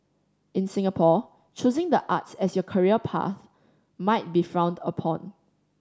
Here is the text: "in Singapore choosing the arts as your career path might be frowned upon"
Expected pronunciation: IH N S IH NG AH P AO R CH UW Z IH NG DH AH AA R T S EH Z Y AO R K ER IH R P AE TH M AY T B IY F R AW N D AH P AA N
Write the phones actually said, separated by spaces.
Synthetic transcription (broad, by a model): IH N S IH NG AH P AO CH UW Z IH NG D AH AA T S EH S Y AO K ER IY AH P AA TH M AY T B IY F R AW N D AH P AA N